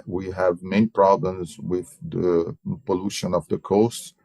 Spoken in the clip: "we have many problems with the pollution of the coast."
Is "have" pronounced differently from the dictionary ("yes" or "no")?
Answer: no